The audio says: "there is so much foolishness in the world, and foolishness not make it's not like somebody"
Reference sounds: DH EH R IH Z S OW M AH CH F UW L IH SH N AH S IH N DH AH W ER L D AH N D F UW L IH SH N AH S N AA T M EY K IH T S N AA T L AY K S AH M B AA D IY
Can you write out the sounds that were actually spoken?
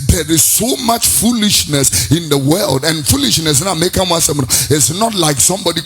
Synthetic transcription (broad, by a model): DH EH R IH Z S OW M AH CH F UW L IH SH N AH S IH N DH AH W ER L D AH N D F UW L IH SH N AH S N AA M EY K IH T S N AA T L AY K S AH M B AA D IY